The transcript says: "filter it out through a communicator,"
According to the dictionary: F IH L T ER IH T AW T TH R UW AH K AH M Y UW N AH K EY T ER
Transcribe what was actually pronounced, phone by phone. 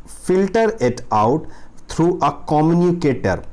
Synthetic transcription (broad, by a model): F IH L T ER IH T AW T T R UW AH K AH M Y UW N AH K EY T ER